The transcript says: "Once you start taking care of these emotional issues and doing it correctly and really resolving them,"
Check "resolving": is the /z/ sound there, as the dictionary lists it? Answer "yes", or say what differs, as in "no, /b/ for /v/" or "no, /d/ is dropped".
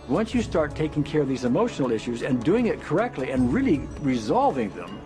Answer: yes